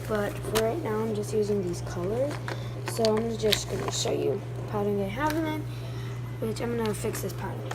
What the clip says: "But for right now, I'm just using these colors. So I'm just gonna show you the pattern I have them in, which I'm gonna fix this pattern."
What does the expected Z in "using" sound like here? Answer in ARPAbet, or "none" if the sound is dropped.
Z